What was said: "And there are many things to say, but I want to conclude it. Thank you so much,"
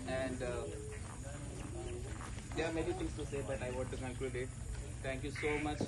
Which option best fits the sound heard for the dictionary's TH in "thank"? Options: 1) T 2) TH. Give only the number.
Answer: 1